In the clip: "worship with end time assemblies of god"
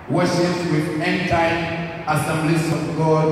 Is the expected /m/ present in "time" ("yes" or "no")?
no